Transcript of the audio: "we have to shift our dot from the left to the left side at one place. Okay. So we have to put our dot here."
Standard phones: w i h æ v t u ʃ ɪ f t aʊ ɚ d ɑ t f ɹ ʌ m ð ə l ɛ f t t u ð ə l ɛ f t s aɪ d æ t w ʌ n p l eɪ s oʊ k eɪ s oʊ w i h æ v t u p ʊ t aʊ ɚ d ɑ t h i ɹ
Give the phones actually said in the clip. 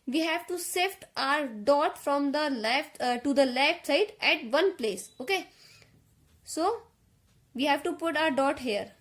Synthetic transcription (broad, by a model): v i h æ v t u s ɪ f t aʊ ɚ d ɑ t f ɹ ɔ m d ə l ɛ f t t u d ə l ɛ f t s aɪ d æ t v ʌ n p l eɪ s oʊ k eɪ s oʊ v i h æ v t u p ʊ t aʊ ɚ d ɑ t h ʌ ɹ